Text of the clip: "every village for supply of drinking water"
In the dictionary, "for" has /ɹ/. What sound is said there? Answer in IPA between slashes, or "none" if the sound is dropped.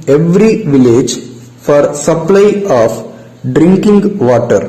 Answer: /ɹ/